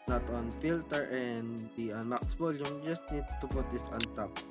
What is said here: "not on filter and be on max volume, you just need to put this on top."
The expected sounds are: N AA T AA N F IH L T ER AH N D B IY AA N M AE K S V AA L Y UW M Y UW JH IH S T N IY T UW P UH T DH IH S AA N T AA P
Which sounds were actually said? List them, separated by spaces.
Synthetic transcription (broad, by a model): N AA T AA N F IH L T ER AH N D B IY AA N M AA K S B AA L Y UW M JH IH S T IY T UW P UH T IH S AA N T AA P